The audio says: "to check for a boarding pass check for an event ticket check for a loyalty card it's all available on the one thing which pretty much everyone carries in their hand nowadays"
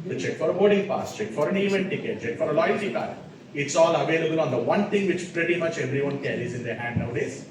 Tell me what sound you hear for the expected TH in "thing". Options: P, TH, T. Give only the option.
T